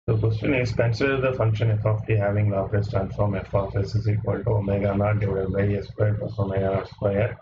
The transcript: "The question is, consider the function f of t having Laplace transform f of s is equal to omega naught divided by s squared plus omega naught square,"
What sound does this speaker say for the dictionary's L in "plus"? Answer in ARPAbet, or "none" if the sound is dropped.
none